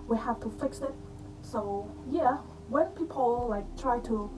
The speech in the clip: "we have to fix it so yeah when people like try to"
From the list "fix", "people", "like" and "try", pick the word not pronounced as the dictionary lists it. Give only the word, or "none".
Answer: none